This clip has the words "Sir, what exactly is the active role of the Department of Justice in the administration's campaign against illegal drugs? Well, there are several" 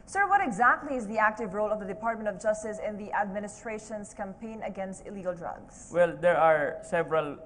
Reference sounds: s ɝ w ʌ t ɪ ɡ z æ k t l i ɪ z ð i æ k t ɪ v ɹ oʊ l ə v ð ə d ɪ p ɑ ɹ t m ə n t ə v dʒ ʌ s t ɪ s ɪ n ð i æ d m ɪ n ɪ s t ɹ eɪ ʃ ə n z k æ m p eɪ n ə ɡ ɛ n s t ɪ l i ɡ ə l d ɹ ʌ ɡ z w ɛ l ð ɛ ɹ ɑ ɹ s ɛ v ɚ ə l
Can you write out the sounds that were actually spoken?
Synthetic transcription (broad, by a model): s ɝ w ʌ t ɪ ɡ z æ k t l i ɪ z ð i æ k t ɪ v ɹ oʊ l ə v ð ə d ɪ p ɑ ɹ t m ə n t ə v dʒ ʌ s t ɪ s ɪ n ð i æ d m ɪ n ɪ s t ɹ eɪ ʃ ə n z k æ m p eɪ n ə ɡ ɛ n s t ɪ l i ɡ ə l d ɹ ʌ ɡ s w ɛ l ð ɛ ɹ ɑ ɹ s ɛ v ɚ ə l